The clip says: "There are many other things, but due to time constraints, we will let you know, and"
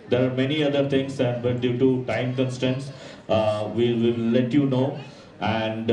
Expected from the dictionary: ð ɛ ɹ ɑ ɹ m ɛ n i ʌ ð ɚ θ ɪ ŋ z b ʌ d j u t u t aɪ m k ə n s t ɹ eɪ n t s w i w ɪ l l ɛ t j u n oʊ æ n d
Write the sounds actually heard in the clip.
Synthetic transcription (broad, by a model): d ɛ ɹ ɑ ɹ m ɛ n i ʌ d ɚ t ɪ ŋ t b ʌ d j u t u t aɪ m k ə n s t eɪ n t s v i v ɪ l l ɛ t j u n oʊ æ n d